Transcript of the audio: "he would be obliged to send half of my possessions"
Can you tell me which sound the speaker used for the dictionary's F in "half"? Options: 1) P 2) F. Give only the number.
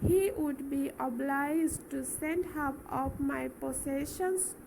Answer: 1